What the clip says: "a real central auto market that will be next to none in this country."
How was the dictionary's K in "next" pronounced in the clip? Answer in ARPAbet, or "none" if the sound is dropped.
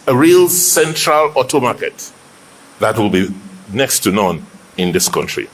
K